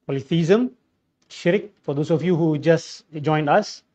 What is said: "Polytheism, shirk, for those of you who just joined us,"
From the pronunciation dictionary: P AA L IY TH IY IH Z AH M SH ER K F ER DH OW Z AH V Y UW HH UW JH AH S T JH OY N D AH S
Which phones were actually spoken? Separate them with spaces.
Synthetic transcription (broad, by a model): P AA L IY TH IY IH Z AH M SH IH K F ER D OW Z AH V Y UW HH UW JH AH S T JH OY N D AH S